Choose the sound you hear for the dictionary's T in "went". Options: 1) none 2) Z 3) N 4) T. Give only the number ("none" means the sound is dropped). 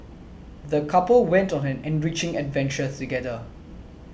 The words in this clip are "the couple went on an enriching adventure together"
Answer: 4